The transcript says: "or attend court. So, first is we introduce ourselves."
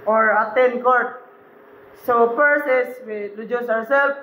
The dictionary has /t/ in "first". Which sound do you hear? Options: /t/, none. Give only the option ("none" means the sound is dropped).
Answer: none